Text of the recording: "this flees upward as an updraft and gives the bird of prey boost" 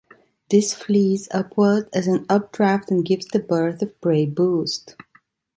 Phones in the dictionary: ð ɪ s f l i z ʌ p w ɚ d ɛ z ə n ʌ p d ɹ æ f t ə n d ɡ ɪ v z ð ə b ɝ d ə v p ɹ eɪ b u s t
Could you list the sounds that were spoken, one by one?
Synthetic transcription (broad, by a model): ð ɪ s f l i z ʌ p w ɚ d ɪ z ə n ʌ p d ɹ æ f t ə n ɡ ɪ v z ð ə b ɝ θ ə v b ɹ eɪ b u s t